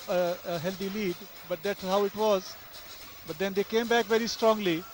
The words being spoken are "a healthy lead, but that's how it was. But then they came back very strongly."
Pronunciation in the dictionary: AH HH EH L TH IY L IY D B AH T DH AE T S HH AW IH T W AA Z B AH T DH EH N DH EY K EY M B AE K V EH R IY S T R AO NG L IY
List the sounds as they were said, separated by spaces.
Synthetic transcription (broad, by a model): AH HH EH L T IY L IY D B AH T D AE T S HH AW IH T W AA Z B AH T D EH N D EY K EY M B AE K V EH R IY S T R AO NG L IY